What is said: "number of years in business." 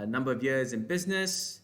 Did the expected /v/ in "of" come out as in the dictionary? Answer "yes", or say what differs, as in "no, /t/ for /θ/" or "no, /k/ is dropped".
yes